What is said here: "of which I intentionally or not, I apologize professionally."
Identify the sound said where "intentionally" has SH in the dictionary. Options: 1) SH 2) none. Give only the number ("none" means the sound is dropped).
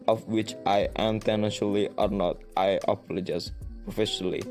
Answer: 2